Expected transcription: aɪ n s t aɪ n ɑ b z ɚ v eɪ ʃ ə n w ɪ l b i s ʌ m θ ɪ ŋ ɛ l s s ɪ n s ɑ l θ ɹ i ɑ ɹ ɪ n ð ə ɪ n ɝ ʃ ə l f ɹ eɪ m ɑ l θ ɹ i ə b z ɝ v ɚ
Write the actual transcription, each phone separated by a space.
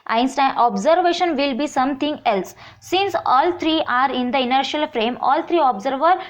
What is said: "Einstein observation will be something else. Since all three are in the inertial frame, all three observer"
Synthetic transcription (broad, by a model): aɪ n s t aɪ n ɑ b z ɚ v eɪ ʃ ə n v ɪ l b i s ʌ m t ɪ ŋ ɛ l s s ɪ n s ɑ l t ɹ i ɑ ɹ ɪ n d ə ɪ n ɝ ʃ ə l f ɹ eɪ m ɑ l t ɹ i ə b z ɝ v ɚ